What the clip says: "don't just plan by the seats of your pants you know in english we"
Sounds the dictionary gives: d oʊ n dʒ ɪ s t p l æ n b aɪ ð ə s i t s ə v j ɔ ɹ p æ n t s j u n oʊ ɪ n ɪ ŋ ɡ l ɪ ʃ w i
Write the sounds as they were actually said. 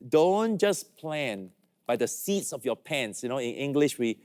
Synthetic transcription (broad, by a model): d oʊ n dʒ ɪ s p l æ n b aɪ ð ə s i t s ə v j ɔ p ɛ n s j u n oʊ ɪ n ɪ ŋ ɡ l ɪ ʃ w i